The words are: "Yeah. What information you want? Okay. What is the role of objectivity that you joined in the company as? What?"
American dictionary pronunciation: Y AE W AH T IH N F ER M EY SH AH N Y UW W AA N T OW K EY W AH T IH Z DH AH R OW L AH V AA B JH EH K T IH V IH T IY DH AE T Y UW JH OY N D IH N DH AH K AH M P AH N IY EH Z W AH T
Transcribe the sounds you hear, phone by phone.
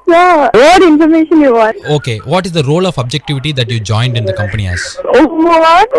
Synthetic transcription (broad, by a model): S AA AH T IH N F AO M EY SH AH N Y UW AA T OW K EY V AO T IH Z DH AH R OW L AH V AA B JH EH K T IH V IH T IY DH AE T Y UW JH OY N D IH N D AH K AH M P AH N IY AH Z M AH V